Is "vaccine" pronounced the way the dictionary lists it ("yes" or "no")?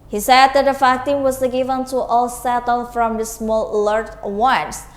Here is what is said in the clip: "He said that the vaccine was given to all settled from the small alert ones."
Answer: no